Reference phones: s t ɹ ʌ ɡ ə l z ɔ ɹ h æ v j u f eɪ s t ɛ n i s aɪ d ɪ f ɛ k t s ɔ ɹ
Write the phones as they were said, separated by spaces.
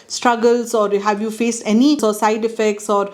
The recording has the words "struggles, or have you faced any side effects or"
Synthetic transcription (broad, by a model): s t ɹ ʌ ɡ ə l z ɔ ɹ h æ v j u f eɪ s t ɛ n i s aɪ d ɪ f ɛ k t s ɔ ɹ